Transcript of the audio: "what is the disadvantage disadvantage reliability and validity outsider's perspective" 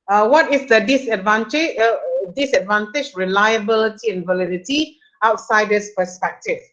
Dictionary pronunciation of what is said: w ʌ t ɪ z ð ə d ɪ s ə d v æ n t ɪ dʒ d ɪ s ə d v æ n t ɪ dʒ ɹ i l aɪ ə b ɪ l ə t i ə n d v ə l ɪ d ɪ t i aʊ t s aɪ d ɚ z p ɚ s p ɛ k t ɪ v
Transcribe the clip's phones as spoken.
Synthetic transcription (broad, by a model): w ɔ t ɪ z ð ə d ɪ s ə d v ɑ n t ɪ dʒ d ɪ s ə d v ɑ n t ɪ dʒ ɹ i l aɪ ə b ɪ l ə t i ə n v ə l ɪ d ɪ t i aʊ t s aɪ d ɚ s p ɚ s p ɛ k t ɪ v